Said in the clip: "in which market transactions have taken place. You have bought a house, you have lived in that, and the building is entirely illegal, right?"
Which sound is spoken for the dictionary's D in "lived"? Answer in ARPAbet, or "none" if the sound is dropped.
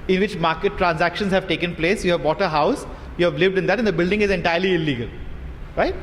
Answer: D